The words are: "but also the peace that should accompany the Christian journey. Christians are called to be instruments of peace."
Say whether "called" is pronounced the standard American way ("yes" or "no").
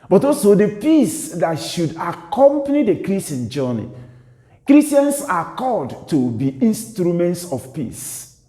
no